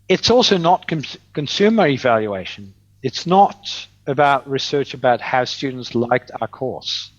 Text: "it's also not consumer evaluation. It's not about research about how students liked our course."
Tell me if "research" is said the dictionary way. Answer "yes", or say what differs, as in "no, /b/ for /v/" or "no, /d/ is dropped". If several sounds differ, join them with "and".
yes